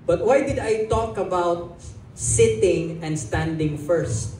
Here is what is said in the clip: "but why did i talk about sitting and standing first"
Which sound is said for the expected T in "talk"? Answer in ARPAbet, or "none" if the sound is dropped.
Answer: T